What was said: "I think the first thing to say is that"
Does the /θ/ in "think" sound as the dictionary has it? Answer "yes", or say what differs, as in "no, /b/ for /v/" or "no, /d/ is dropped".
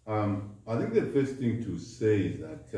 yes